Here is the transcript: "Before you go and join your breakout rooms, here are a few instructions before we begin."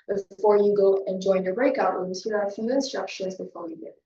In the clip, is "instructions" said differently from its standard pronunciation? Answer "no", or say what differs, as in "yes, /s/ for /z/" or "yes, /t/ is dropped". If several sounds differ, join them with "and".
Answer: no